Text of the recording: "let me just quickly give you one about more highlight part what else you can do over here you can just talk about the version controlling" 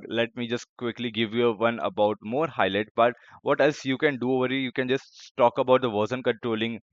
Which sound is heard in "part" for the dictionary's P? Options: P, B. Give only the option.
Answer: B